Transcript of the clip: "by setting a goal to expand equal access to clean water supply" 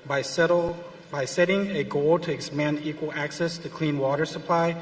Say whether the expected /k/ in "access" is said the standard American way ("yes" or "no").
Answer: yes